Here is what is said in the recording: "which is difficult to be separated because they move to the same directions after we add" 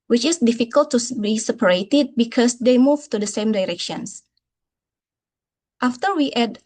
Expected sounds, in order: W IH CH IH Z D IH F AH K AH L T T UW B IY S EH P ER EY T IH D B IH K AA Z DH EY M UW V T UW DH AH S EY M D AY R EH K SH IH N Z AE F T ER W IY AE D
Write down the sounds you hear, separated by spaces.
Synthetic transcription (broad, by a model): W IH CH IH S D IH F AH K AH L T T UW B IY S EH P ER EY T IH D B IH K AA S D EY M UW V T UW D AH S EY M D AY R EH K SH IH N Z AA F T ER W IY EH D